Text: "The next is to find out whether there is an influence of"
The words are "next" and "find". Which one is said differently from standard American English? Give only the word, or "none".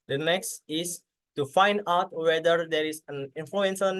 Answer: none